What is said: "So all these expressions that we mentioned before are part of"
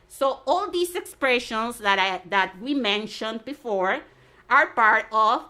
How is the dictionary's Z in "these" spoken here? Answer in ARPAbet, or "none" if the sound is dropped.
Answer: S